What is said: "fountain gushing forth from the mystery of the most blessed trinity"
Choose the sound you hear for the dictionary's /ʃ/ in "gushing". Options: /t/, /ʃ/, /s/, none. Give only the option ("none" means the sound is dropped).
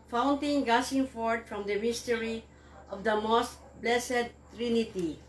/s/